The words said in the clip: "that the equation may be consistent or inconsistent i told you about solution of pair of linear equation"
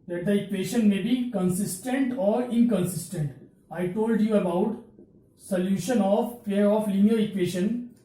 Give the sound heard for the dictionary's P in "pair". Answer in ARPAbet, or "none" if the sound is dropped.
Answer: F